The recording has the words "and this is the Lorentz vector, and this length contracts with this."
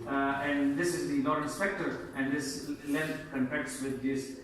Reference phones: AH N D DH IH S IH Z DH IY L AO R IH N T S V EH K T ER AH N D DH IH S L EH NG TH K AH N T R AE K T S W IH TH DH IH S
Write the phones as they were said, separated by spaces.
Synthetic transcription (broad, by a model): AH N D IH S IH Z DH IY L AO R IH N S P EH K T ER AH N D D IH S L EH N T K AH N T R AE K T S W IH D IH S